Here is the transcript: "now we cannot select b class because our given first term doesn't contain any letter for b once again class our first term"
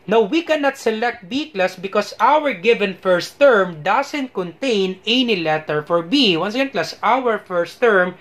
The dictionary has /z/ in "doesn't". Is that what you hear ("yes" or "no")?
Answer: no